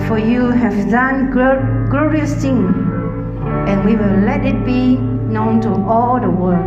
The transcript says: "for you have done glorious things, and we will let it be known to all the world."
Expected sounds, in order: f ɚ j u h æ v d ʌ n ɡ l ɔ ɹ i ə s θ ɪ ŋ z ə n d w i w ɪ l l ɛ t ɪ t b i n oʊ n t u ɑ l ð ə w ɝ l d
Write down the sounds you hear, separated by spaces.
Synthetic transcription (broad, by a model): f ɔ j u h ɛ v d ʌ n ɡ l ɔ ɹ i ə s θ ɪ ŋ ə n w i w ɪ l l ɛ t ɪ t b i n oʊ n t u ɑ l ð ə w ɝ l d